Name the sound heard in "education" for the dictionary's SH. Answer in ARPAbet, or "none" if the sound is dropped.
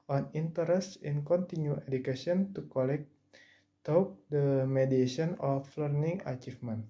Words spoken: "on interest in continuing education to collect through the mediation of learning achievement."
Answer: none